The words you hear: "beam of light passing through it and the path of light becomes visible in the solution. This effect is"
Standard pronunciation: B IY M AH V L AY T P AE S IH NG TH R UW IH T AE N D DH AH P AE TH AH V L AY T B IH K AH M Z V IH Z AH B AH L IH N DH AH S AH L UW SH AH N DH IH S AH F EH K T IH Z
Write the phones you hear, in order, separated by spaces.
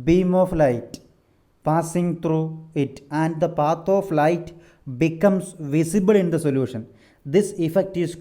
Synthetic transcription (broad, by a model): B IY M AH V L AY T P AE S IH NG T R UW IH T AE N D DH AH P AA T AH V L AY T B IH K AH M S V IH S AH B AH L IH N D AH S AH L UW SH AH N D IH S AH F EH K T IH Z